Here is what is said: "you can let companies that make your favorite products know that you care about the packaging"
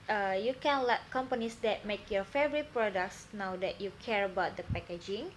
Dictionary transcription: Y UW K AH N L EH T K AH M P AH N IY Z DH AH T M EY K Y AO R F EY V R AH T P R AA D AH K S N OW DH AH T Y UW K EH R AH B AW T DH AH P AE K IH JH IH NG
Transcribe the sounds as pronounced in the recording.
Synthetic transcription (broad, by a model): Y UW K AH N L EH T K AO M P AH N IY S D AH T M EY K Y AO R F EY V R AH T P R AA D AH K S N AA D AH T Y UW K EH R AH B AW T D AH P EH K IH JH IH NG